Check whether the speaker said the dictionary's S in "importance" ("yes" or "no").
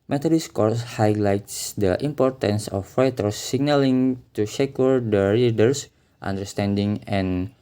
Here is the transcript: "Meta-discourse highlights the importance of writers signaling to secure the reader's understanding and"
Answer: yes